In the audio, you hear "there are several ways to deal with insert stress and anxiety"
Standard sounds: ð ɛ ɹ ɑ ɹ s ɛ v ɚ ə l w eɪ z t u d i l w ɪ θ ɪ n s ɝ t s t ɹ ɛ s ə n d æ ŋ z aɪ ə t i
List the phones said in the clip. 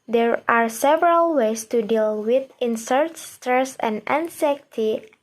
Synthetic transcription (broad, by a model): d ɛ ɹ ɑ ɹ s ɛ v ɚ ə l w eɪ s t u d i l w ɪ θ ɪ n s ɝ t s t ɹ ɛ s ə n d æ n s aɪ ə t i